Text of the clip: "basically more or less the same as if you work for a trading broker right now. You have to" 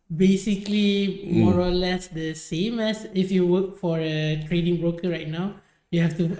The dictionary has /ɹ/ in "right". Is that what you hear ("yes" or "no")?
yes